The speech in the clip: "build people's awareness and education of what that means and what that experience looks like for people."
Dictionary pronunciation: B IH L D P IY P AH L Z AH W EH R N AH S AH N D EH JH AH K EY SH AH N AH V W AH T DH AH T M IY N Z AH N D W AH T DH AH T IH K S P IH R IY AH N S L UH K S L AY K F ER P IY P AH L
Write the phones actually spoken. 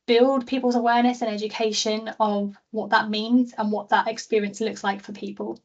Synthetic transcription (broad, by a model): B IH L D P IY P AH L Z AH W EH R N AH S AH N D EH JH AH K EY SH AH N AH V W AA T DH AH T M IY N Z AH N W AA T DH AH T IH K S P IH R IY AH N S L UH K S L AY K F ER P IY P AH L